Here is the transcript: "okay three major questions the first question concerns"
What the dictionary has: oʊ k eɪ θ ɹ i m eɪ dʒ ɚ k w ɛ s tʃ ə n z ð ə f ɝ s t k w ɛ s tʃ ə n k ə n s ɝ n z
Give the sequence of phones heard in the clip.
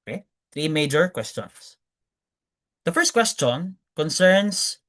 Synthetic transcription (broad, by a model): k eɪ θ ɹ i m eɪ dʒ ɚ k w ɛ s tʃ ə n s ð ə f ɝ s t k w ɛ s tʃ ə n k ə n s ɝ n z